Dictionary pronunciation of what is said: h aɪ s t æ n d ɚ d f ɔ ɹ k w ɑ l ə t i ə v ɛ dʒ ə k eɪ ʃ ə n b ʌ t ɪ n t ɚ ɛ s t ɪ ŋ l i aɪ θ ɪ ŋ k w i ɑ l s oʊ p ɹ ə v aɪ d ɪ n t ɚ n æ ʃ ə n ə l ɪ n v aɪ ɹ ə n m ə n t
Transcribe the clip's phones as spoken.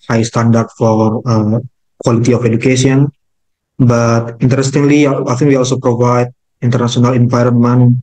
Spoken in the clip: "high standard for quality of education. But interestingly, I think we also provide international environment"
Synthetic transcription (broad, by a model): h aɪ s t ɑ n d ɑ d f ɔ ɹ k w ɑ l ə t i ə f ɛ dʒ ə k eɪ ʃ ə n b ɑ t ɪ n t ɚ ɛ s t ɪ ŋ l i aɪ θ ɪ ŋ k w i ɑ l s oʊ p ɹ ə v aɪ d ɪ n t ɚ n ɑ s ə n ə l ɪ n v aɪ ɹ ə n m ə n